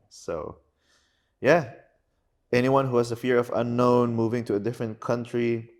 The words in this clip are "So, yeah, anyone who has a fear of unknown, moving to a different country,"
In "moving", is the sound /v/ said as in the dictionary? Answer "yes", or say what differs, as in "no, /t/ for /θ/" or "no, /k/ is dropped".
yes